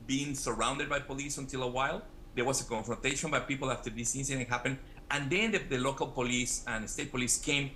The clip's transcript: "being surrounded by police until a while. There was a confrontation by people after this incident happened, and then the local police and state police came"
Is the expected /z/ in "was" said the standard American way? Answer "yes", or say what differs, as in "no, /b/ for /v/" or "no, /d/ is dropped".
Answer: no, /s/ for /z/